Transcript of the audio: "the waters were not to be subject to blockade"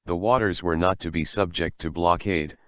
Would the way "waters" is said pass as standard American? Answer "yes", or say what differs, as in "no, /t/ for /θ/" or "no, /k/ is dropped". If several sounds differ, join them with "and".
yes